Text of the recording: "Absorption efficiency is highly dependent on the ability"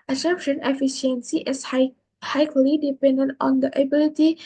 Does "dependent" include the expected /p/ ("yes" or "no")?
yes